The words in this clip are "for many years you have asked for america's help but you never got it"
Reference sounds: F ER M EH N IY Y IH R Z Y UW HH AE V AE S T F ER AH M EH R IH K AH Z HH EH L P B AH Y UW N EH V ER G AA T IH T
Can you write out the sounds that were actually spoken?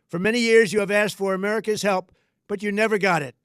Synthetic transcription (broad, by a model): F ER M EH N IY Y IH R Z Y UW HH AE V AE S T F ER AH M EH R IH K AH Z HH EH L P B AH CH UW N EH V ER G AA T IH T